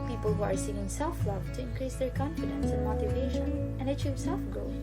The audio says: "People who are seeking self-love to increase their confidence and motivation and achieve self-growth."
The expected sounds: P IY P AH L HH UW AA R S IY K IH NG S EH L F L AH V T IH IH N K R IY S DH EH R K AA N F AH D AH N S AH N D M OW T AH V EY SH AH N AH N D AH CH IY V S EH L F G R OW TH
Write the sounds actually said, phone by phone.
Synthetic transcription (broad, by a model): P IY P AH L HH UW AA R S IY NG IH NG S EH L F L AH V T IH IH N K R IY S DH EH R K AA N F AH D AH N S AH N M OW T AH V EY SH AH N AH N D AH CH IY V S EH L F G R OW